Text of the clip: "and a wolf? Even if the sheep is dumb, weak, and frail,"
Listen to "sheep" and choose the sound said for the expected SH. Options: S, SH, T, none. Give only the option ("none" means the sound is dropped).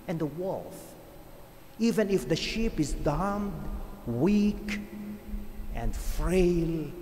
SH